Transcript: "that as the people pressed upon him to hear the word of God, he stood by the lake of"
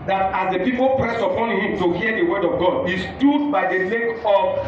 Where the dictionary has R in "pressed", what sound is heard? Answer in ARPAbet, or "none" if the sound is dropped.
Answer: R